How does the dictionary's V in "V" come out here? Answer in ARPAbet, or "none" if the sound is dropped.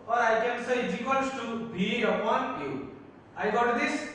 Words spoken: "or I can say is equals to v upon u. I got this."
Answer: B